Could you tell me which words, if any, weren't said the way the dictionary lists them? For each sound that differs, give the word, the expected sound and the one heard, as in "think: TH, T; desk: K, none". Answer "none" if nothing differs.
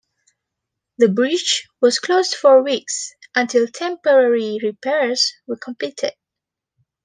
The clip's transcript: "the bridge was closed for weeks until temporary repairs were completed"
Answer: bridge: JH, CH